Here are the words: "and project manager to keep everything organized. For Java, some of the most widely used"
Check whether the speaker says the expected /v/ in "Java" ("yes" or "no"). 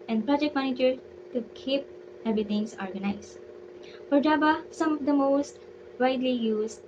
no